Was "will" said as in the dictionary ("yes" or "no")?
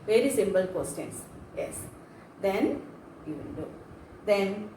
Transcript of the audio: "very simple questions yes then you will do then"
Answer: no